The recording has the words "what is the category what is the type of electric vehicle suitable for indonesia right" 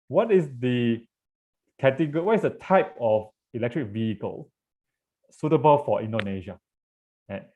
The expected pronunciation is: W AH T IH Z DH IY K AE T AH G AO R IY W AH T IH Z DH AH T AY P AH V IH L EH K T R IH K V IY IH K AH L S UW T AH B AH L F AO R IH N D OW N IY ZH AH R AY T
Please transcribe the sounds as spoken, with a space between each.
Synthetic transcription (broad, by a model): W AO T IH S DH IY K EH T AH G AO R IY W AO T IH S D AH T AY P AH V IH L EH K T R IH K V IY IH K AH L S UW T AH B AH L F AO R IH N D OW N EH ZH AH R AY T